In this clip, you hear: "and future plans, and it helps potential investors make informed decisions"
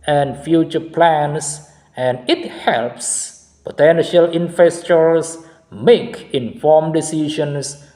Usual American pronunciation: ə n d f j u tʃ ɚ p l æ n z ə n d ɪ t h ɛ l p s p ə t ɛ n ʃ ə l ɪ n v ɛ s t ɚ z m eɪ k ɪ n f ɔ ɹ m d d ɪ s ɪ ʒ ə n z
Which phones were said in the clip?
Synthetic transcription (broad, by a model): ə n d f j u tʃ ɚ p l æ n s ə n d ɪ t h ɛ l p s p ə t ɛ n ʃ ə l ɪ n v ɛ s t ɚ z m eɪ k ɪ n f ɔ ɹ m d d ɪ s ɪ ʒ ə n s